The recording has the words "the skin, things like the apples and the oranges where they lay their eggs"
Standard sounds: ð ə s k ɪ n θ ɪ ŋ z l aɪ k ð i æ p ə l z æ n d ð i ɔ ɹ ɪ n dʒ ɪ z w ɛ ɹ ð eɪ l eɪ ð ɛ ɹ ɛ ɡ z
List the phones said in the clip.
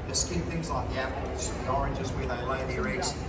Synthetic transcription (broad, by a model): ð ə s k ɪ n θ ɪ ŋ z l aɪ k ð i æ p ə z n ð i ɔ ɹ ɪ n dʒ ɪ z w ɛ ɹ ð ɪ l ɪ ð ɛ ɹ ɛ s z